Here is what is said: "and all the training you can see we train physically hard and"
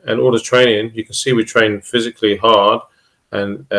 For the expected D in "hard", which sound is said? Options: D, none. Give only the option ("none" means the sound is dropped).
D